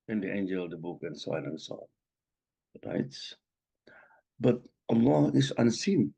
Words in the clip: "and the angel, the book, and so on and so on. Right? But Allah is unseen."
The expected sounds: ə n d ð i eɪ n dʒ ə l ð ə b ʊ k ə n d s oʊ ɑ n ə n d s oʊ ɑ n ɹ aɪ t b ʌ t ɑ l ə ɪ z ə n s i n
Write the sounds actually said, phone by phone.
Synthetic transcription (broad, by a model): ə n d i eɪ n dʒ ə l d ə b ʊ k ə n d s oʊ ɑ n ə n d s oʊ ɑ n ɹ aɪ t b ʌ t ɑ l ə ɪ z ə n s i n